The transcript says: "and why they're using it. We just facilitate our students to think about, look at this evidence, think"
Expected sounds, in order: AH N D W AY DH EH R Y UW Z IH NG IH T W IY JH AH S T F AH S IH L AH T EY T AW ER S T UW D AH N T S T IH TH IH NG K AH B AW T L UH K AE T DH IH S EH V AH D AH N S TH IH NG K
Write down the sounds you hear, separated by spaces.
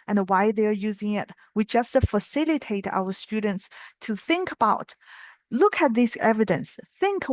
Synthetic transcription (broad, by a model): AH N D W AY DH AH R Y UW Z IH NG IH T W IY JH AH S T F AH S IH L AH T EY T AW ER S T UW D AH N T S T IH TH IH NG K AH B AW T L UH K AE T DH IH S EH V AH D AH N S TH IH NG K